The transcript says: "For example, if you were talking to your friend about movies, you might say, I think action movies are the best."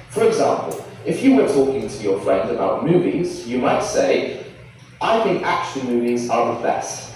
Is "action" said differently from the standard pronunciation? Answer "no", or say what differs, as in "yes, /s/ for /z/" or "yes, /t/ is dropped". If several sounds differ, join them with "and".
yes, /l/ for /n/